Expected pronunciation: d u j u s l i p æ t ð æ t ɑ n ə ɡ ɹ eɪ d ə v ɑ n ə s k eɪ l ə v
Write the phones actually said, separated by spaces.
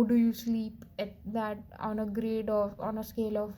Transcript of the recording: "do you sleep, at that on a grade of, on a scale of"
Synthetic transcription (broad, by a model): d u j u s l i p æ t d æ t ɑ n ə ɡ ɹ eɪ d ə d ɑ n ə s k eɪ l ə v